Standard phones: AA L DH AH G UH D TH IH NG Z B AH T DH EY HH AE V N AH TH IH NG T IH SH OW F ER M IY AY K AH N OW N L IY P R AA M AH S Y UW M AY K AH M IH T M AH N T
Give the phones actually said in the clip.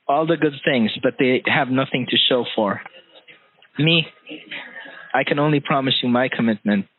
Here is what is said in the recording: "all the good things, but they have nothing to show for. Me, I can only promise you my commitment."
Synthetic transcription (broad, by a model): AA L DH AH G UH D TH IH NG Z B AH T DH EY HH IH V N AH TH IH NG T IH SH OW F ER M IY AY K AH N OW N L IY P R AA M AH S Y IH M AY K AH M IH T M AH N T